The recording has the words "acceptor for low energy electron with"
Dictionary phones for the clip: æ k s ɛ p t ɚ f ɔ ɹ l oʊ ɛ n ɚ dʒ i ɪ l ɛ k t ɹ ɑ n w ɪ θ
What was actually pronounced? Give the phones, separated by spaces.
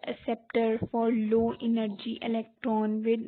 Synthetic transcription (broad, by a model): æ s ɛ p t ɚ f ɔ ɹ l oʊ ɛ n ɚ dʒ i ɪ l ɛ k t ɹ ɑ n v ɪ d